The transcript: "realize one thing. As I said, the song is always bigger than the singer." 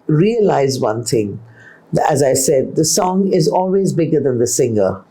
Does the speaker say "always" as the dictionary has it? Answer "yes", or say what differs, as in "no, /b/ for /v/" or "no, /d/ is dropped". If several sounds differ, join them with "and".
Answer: yes